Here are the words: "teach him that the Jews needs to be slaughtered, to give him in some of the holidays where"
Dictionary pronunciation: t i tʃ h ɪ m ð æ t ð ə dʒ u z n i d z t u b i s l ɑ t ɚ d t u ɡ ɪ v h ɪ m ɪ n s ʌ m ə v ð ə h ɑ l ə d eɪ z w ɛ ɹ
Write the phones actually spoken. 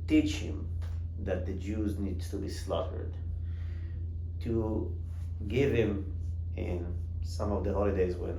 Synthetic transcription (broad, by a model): t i tʃ h ɪ m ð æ t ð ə dʒ u z n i d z t u b i s l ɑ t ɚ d t u ɡ ɪ v h ɪ m ɪ n s ʌ m ə v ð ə h ɑ l ə d eɪ z w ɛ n